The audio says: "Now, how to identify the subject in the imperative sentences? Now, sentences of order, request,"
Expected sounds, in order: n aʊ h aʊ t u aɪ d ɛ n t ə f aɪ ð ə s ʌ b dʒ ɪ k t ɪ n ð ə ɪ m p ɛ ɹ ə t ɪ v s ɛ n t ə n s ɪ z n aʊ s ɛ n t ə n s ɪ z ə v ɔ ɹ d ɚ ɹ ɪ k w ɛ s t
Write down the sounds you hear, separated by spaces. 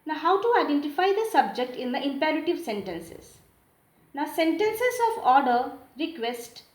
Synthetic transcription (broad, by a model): n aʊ h aʊ t u aɪ d ɛ n t ə f aɪ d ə s ʌ b dʒ ɪ k t ɪ n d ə ɪ m p ɛ ɹ ə t ɪ v s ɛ n t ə n s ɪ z n aʊ s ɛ n t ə n s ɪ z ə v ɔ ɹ d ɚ ɹ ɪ k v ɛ s t